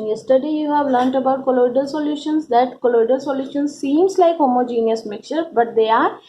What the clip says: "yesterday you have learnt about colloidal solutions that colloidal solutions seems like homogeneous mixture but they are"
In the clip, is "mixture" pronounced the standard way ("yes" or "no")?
no